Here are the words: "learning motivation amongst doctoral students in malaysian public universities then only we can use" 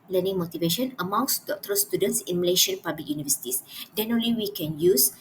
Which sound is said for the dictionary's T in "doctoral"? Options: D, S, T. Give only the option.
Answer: T